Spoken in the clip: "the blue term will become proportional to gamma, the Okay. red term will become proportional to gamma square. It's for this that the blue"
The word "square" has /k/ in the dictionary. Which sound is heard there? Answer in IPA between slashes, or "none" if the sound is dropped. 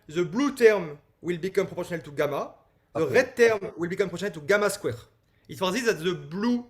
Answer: /k/